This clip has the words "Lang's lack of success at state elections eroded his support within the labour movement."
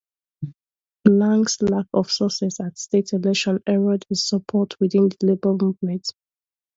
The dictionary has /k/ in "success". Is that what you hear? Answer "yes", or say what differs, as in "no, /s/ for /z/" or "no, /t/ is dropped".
no, /k/ is dropped